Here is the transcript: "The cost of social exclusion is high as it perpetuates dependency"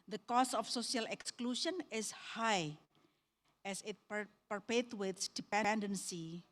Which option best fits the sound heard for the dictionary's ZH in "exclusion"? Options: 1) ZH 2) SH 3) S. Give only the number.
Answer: 2